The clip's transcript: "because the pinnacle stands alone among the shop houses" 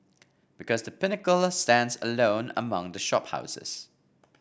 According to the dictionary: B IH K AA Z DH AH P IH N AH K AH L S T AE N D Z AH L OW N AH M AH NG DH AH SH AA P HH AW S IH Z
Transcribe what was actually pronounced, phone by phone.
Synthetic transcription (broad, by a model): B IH K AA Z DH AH P IH N AH K AH L S T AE N D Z AH L OW N AH M AH NG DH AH SH AA P HH AW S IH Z